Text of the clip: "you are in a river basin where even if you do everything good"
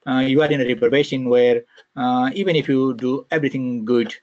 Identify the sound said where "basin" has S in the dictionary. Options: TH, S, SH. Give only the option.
SH